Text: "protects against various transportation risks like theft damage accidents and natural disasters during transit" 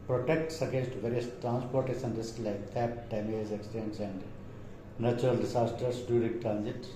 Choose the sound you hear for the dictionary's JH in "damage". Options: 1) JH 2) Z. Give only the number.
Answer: 2